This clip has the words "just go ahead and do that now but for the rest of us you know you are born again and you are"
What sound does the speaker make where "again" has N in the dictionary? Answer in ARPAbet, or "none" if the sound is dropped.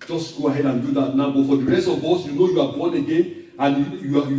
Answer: N